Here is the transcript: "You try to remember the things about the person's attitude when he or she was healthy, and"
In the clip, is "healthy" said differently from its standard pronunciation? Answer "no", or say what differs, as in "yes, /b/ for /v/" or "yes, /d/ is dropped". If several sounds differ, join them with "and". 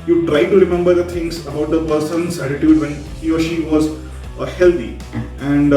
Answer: yes, /t/ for /θ/